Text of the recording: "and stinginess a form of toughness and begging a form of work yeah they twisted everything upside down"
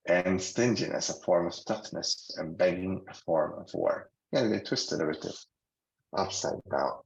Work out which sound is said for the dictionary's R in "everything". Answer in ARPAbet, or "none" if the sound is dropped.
none